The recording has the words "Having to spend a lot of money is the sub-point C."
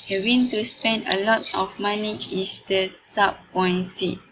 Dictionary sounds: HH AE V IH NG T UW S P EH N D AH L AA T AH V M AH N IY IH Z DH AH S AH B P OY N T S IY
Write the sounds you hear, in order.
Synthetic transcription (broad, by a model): HH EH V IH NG T UW S P EH N D AH L AA T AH F M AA N IY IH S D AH S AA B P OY N S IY